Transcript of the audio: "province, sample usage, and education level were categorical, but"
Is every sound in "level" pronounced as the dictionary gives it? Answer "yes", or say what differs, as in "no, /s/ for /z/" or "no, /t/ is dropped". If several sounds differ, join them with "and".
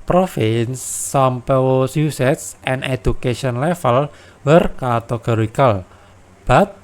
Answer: no, /f/ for /v/